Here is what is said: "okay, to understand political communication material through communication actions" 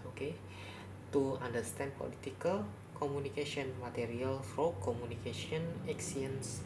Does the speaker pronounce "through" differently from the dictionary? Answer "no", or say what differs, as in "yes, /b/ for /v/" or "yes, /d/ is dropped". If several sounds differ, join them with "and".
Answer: yes, /f/ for /θ/